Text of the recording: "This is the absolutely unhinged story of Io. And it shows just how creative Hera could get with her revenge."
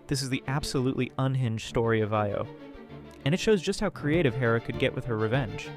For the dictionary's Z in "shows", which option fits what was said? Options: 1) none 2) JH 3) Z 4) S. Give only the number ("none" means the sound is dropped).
3